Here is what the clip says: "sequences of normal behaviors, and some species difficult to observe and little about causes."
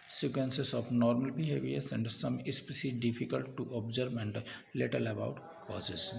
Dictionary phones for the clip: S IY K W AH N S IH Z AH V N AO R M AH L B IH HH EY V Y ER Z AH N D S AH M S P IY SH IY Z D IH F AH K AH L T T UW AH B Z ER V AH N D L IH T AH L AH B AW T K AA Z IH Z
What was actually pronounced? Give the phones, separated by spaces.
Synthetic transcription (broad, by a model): S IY K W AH N S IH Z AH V N AO R M AH L B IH HH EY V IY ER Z AH N D S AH M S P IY S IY D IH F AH K AH L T T UW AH B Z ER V AH N D L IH T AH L AH B AW T K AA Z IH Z